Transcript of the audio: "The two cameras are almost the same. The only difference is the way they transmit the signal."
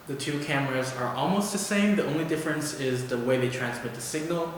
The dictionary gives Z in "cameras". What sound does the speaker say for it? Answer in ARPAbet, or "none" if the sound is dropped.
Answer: Z